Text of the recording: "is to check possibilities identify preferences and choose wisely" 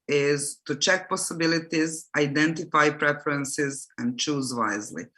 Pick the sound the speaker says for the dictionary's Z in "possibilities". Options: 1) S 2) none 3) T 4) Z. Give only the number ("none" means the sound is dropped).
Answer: 4